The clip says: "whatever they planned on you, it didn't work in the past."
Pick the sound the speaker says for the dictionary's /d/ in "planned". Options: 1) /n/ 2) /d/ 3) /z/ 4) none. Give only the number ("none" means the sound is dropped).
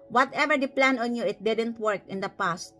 4